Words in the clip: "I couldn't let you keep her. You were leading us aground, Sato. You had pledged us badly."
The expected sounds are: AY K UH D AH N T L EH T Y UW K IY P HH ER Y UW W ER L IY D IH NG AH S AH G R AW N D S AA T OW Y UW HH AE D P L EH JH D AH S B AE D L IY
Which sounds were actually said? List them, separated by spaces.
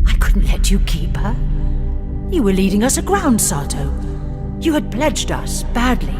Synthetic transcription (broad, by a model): AY K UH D N T L EH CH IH K IY P HH ER Y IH W ER L IY D IH NG AH S AH G R AW N D S AA T OW Y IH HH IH D P L EH JH D AH S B AE D L IY